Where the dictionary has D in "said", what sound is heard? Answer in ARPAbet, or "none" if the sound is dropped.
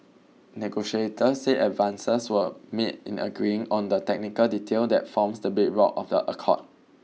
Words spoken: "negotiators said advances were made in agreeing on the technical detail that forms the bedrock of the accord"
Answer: none